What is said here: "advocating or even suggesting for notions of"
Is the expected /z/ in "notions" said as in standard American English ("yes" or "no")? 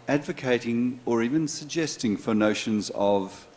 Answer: yes